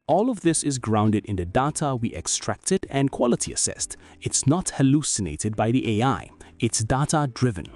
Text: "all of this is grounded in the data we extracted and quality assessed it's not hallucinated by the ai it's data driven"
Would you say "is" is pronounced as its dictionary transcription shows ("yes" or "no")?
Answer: yes